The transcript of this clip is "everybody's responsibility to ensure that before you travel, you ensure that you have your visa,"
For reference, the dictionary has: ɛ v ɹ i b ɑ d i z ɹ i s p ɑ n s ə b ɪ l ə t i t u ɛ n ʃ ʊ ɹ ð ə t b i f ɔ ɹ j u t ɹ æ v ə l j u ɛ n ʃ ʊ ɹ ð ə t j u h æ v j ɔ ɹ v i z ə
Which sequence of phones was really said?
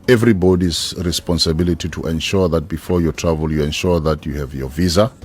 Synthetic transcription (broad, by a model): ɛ v ɹ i b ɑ d i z ɹ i s p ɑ n s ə b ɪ l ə t i t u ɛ n ʃ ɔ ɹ ð ə t b i f ɔ ɹ j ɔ t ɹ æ v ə l j u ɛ n ʃ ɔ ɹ ð ə t j u h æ v j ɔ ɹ v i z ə